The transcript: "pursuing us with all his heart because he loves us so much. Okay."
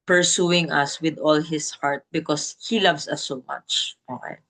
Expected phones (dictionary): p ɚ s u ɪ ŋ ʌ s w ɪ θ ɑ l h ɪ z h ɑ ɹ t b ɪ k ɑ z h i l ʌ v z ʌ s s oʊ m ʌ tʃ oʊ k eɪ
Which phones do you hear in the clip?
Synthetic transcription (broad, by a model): p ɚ s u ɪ ŋ ʌ s w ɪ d ɑ l h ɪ s h ɑ ɹ t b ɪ k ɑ s h i l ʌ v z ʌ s s oʊ m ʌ tʃ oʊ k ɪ